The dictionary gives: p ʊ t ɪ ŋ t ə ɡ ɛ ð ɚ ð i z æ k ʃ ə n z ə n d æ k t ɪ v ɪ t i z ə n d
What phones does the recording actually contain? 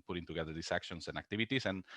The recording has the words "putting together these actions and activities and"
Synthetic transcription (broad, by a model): p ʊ t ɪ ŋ t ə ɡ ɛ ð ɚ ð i s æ k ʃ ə n s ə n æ k t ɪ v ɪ t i s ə n